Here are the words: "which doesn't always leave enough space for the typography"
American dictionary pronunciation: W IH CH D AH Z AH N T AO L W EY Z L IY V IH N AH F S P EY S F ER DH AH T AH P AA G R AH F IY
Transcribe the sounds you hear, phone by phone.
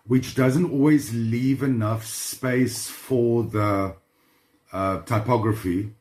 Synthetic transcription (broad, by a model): W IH CH D AH Z AH N T AO L W EY Z L IY V IH N AH F S P EY S F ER DH AH T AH P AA G R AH F IY